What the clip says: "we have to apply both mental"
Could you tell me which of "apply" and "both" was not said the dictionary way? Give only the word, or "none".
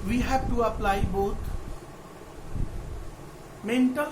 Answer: both